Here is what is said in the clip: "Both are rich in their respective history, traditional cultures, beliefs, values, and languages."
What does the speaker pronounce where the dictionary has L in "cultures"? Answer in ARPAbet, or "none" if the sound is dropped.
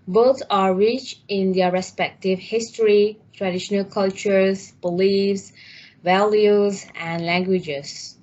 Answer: L